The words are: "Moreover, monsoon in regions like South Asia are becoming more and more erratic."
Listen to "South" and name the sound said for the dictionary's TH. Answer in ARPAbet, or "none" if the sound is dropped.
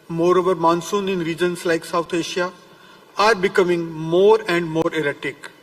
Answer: T